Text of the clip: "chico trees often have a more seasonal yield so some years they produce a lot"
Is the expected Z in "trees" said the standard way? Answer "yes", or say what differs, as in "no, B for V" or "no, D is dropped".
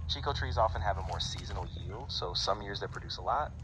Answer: yes